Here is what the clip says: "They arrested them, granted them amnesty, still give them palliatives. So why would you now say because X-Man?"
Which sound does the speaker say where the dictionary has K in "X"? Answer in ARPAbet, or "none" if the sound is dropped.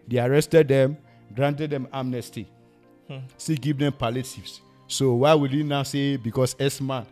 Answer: none